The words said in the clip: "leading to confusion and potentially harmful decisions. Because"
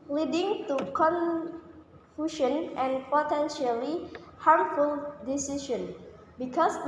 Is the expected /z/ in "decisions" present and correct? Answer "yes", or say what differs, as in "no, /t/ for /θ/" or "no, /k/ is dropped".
no, /z/ is dropped